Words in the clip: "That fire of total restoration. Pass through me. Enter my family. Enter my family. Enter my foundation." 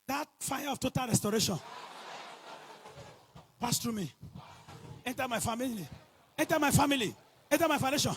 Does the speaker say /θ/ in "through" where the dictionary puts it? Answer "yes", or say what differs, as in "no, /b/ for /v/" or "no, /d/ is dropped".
no, /t/ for /θ/